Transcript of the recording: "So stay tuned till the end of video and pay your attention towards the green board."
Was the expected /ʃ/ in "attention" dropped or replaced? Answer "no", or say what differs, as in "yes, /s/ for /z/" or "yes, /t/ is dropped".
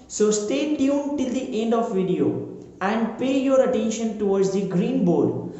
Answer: no